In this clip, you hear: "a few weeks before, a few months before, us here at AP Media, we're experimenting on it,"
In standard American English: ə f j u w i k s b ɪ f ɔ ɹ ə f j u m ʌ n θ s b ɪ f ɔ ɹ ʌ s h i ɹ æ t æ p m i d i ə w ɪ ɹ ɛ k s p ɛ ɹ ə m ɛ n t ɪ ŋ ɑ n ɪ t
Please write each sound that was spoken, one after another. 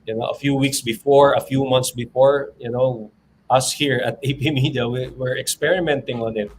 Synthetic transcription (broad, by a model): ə f j u w i k s b ɪ f ɔ ɹ ə f j u m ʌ n t s b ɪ f ɔ ɹ ʌ s h i ɹ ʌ t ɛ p m i d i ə w ɪ ɹ ɛ k s p ɛ ɹ ə m ɛ n t ɪ ŋ ɑ n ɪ t